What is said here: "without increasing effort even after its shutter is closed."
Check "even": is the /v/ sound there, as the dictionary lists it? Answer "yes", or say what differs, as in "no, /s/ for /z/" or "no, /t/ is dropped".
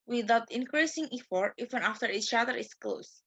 no, /f/ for /v/